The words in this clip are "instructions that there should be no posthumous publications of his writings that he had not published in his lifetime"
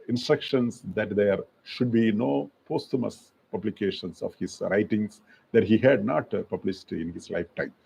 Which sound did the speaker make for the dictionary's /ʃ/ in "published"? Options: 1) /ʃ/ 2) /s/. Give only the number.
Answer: 2